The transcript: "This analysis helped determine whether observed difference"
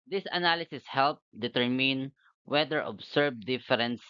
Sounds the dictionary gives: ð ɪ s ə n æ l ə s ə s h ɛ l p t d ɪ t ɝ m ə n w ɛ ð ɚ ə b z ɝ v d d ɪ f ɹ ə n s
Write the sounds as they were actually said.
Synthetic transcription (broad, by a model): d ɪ s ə n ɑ l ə s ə s h ɛ l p d ɪ t ɝ m ə n w ɛ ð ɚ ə b s ɝ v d d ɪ f ɹ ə n s